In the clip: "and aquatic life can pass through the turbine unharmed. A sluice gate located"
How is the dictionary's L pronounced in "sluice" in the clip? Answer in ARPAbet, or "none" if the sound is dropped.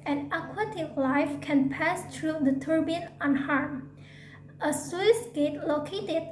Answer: W